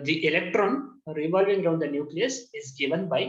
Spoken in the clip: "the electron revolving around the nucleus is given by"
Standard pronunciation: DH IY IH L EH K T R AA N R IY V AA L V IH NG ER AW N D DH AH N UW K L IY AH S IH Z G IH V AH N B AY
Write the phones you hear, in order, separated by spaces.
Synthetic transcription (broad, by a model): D IY IH L EH K T R AA N R IY V AA L V IH NG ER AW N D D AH N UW K L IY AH S IH Z G IH V AH N B AY